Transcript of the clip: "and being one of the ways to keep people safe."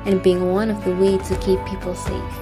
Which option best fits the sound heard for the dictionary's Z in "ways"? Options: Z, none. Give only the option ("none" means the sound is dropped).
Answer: none